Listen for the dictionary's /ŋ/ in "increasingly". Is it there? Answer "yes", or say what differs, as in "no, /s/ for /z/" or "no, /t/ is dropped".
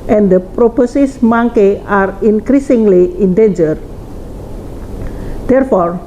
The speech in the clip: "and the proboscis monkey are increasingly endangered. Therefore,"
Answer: yes